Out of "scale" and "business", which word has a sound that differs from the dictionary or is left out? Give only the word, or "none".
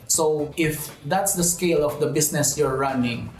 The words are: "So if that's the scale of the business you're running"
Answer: business